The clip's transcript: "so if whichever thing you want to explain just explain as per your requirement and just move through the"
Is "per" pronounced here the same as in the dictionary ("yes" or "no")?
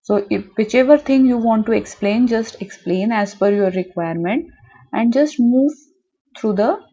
no